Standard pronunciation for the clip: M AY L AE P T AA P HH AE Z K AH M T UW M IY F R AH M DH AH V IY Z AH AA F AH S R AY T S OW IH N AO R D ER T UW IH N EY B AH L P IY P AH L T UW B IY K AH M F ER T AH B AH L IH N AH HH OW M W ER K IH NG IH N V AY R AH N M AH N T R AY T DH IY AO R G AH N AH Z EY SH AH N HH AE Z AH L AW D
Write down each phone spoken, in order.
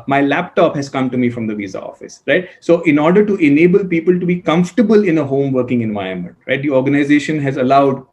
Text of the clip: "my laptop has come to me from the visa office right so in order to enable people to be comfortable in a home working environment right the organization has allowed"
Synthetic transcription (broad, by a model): M AY L AE P T AA P HH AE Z K AH M T UW M IY F R AH M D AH V IY Z AH AA F AH S R AY T S OW IH N AO R D ER T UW IH N EY B AH L P IY P AH L T UW B IY K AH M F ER T AH B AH L IH N AH HH OW M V ER K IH NG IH N V AY AH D M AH N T R AY T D IY AO R G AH N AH Z EY SH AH N HH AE Z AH L AW D